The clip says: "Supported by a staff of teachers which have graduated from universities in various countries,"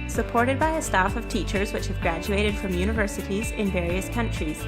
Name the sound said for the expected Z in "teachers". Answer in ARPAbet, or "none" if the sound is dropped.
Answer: Z